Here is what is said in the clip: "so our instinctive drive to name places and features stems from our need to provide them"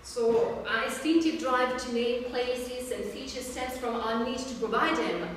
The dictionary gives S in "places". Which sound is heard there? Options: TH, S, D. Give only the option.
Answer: S